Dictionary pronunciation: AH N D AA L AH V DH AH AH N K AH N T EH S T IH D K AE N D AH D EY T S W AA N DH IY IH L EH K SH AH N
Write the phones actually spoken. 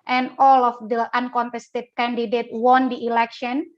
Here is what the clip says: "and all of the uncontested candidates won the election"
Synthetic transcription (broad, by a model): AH N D AA L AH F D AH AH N K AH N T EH S T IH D K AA N D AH D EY T W AA N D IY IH L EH K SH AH N